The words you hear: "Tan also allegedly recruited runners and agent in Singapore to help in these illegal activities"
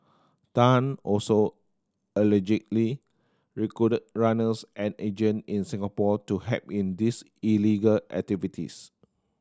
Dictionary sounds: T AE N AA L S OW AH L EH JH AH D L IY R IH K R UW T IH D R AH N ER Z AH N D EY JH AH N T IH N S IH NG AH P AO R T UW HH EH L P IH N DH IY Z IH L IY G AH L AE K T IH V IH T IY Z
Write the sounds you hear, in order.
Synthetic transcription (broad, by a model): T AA N AA L S OW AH L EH JH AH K L IY R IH K AO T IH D R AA N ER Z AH N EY JH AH N IH N S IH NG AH P AO T UW HH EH P IH N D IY S IH L IY G AH L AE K T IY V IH T IY S